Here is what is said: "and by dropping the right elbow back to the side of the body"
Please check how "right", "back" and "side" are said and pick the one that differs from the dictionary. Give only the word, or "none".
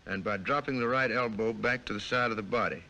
none